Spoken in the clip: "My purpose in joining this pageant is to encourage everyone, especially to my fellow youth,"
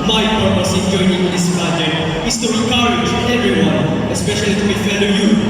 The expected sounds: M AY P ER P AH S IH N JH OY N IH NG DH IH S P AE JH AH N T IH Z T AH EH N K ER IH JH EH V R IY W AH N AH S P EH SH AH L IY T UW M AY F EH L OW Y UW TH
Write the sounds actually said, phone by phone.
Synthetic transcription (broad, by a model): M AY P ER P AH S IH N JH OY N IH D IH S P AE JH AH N IH S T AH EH K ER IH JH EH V R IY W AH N AH S P EH SH AH L IY T UW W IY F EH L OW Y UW